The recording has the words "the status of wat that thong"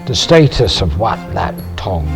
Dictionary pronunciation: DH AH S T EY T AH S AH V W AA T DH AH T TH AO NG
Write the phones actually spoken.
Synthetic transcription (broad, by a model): DH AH S T EY T AH S AH V W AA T DH AH T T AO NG